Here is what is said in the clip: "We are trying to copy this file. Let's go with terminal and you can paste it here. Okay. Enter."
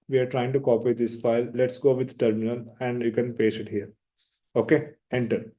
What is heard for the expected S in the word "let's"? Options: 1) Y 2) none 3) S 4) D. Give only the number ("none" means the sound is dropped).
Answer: 3